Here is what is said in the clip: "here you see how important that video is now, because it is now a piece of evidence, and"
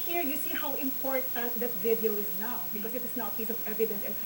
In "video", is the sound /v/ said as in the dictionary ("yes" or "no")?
yes